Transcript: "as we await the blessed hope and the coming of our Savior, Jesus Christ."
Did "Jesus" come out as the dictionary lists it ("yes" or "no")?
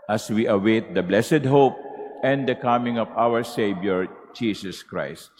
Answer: no